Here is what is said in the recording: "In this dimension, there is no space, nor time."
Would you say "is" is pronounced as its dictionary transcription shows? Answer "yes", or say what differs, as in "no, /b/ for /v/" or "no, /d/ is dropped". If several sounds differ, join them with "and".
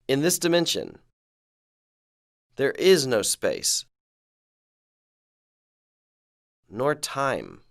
yes